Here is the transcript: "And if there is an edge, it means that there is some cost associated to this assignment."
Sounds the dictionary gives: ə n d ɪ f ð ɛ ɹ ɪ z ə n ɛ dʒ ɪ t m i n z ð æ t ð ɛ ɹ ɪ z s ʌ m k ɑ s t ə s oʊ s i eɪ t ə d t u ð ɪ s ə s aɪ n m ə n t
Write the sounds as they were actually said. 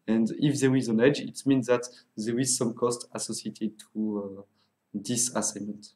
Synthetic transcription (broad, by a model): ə n d ɪ f ð ɛ ɹ ɪ z ə n ɛ dʒ ɪ t m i n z ð æ t ð ɛ ɹ ɪ z s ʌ m k ɑ s t ə s oʊ s i eɪ t ə d t u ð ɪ s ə s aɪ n m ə n t